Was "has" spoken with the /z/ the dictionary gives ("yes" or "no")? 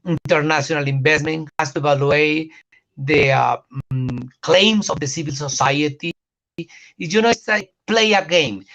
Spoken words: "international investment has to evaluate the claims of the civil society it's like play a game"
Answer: no